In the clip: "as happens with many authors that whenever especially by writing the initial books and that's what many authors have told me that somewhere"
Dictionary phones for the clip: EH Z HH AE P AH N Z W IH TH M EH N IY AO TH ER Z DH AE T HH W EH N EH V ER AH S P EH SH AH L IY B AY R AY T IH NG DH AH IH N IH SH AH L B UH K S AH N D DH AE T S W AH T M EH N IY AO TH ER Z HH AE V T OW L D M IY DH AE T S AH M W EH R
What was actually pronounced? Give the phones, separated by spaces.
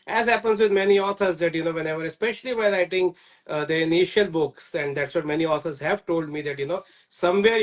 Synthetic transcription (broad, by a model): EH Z HH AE P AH N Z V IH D M EH N IY AO T ER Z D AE T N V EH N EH V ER AH S P EH SH AH L IY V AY L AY T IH NG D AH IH N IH SH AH L B UH K S AH N D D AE T S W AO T M EH N IY AO T ER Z HH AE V T OW L D M IY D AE T S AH M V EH R